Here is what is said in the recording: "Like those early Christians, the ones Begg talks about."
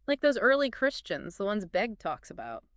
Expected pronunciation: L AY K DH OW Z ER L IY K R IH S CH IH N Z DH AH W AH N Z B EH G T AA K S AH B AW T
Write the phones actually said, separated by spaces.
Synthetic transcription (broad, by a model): L AY K DH OW Z ER L IY K R IH S CH IH N Z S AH W AH N Z B EH G T AA K S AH B AW T